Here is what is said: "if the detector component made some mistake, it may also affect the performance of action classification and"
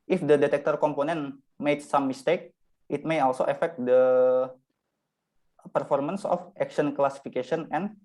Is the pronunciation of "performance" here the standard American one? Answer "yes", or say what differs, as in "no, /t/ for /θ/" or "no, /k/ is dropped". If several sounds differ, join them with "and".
yes